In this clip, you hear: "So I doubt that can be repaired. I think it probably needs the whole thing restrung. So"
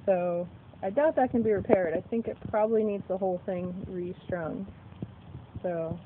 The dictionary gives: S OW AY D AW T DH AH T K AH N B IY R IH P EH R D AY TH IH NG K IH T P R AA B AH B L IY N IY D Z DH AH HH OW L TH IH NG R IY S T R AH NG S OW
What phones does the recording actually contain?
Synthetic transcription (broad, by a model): S OW AY D AW T DH AH T K AH N B IY R IH P EH R D AY TH IH NG K IH T P R AA B AH B L IY N IY D Z DH AH HH OW L TH IH NG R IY S T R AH NG S OW